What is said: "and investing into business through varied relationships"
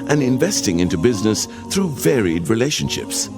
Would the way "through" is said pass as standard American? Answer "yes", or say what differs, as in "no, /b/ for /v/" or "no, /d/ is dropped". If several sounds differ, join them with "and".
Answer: yes